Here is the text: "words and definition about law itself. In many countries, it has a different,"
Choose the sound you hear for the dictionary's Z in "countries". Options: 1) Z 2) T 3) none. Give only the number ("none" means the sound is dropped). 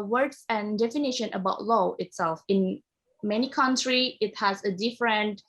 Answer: 3